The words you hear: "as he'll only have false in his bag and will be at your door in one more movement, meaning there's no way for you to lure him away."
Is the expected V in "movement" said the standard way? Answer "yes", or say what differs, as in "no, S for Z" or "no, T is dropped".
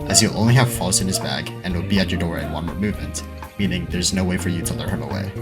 yes